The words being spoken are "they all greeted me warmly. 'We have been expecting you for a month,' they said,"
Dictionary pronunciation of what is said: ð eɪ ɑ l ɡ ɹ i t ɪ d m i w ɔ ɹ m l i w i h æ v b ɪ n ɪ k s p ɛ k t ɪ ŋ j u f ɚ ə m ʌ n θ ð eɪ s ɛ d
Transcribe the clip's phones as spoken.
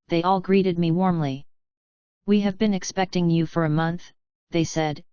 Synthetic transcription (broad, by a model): ð eɪ ɑ l ɡ ɹ i t ɪ d m i w ɔ ɹ m l i w i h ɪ v b ɪ n ɪ k s p ɛ k t ɪ ŋ j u f ɚ ə m ʌ n θ ð eɪ s ɛ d